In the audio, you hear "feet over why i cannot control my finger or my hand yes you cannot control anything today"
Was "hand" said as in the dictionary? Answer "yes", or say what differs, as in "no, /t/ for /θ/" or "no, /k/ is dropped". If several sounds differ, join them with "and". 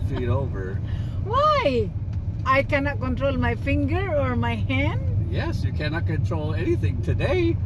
yes